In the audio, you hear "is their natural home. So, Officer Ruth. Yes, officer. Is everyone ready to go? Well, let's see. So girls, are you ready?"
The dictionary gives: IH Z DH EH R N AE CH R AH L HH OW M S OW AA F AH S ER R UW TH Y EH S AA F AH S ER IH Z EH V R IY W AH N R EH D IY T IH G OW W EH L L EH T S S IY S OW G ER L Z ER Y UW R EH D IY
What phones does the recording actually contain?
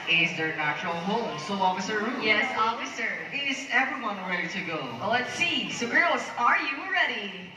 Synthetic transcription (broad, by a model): IH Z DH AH R N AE CH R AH L HH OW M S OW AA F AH S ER R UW Y EH S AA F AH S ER IH Z EH V R IY W AH N R EH D IY T IH G OW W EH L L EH T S S IY S OW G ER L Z ER Y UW R EH D IY